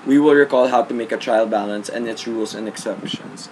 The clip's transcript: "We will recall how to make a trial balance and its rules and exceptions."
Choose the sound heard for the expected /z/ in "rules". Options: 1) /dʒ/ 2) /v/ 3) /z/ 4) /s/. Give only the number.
4